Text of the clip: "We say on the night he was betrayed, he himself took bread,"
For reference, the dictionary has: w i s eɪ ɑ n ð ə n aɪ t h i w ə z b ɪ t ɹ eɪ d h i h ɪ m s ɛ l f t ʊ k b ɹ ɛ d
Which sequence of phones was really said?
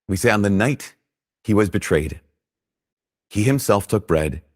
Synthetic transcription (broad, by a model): w i s eɪ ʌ n ð ə n aɪ t h i w ə z b ɪ t ɹ eɪ d h i h ɪ m s ɛ l f t ʊ k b ɹ ɛ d